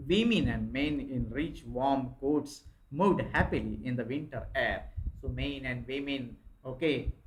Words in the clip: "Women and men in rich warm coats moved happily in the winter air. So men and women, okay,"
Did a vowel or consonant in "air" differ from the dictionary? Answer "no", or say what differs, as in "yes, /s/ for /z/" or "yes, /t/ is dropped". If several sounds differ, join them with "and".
no